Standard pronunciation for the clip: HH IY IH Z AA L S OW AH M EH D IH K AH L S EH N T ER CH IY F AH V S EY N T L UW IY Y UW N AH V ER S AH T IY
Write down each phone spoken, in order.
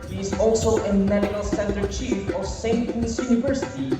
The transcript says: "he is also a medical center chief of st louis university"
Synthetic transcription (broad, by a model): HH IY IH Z AA L S OW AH M EH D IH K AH L S EH N T ER CH IY F AH V S EY N T N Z Y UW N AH V ER S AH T IY